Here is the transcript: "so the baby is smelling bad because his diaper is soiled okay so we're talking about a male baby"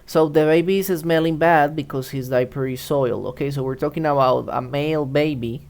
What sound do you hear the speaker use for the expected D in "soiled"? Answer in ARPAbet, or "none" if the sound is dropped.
none